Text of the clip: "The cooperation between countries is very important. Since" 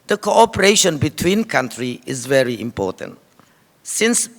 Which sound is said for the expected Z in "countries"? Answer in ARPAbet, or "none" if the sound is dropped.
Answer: none